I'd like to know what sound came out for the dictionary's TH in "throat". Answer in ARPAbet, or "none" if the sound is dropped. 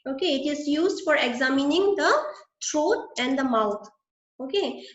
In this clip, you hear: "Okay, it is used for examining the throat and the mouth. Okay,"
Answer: T